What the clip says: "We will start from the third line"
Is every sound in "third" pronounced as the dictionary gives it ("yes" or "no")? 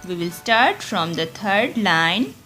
no